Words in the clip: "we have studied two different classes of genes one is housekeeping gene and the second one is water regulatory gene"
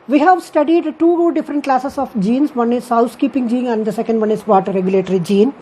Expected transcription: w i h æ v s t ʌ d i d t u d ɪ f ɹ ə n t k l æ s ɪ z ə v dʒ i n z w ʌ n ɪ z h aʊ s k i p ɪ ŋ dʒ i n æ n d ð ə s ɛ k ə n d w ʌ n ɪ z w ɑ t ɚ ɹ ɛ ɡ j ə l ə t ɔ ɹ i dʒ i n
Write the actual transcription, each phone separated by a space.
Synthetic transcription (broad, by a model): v i h æ v s t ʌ d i d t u d ɪ f ɹ ə n t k l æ s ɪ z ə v dʒ i n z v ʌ n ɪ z h aʊ s k i p ɪ ŋ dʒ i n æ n d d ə s ɛ k ə n d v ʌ n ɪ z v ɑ t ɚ ɹ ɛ ɡ j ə l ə t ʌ ɹ i dʒ i n